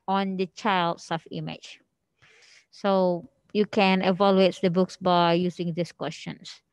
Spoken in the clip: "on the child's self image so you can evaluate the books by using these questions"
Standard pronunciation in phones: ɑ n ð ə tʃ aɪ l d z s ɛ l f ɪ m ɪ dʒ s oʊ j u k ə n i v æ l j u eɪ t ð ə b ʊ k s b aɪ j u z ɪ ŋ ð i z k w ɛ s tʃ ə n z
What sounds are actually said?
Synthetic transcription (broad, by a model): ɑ n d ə tʃ aɪ l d s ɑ f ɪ m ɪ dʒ s oʊ j u k ə n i v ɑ l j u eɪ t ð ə b ʊ k s b aɪ j u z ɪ ŋ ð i s k w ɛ s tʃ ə n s